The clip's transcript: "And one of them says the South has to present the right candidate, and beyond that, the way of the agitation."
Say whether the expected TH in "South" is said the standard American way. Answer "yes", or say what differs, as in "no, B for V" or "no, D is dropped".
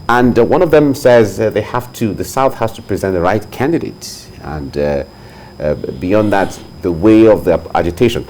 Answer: yes